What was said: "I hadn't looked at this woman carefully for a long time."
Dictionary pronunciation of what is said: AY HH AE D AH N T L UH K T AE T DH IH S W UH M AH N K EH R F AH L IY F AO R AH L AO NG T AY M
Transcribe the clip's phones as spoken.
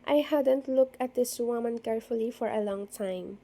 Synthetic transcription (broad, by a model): AY HH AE D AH N T L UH K AE T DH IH S W UH M AH N K EH R F AH L IY F AO R AH L AO NG T AY M